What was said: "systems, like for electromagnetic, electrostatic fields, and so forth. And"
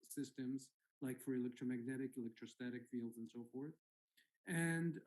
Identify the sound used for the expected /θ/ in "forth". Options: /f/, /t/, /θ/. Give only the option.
/θ/